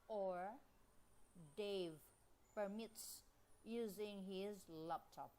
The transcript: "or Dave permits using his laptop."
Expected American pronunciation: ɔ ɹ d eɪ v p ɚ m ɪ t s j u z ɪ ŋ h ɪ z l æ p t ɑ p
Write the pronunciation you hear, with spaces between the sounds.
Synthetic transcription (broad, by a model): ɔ ɹ d eɪ v p ɚ m ɪ t s j u z ɪ ŋ h ɪ z l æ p t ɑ p